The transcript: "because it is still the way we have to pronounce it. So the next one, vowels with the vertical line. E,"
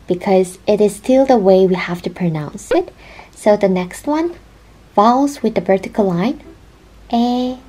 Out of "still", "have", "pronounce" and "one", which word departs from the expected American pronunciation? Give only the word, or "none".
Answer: have